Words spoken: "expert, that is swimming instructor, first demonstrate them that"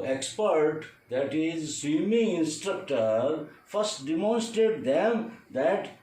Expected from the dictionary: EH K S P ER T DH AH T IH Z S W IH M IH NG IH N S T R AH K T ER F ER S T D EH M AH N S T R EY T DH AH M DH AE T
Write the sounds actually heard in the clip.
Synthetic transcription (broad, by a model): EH K S P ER T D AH T IH Z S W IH M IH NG IH N S T R AH K T ER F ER S T D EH M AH N S T R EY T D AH M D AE T